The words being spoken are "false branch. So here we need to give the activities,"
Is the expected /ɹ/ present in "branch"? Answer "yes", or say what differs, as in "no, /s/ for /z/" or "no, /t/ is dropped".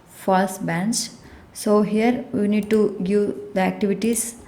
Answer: no, /ɹ/ is dropped